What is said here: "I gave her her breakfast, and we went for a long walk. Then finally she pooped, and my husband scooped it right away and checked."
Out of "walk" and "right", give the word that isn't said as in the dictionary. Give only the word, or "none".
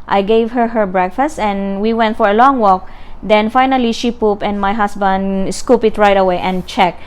none